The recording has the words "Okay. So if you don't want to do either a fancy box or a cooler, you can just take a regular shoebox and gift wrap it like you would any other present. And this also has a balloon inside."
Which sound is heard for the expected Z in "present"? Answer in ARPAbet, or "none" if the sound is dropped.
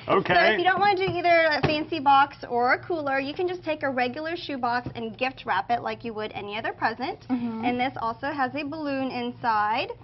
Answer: Z